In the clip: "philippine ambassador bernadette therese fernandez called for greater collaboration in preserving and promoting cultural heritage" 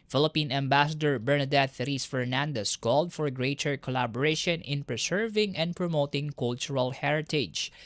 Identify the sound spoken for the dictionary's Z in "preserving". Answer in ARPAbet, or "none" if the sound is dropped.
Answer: S